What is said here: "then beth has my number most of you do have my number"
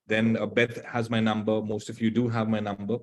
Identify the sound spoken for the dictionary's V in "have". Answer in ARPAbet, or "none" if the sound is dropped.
V